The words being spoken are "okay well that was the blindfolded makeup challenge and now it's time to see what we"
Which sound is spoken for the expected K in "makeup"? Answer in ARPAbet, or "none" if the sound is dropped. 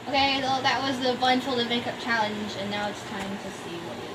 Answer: K